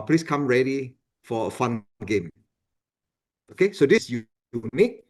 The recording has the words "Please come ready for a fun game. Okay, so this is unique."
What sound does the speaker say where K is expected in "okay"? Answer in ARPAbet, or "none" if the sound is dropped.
K